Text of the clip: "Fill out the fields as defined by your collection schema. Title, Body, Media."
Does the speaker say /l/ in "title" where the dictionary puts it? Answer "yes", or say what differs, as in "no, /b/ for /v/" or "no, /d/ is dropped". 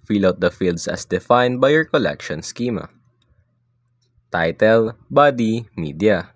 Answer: yes